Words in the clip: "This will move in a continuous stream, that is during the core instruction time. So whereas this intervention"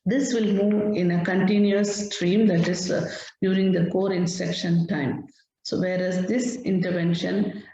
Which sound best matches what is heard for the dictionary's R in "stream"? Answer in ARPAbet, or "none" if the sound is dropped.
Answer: R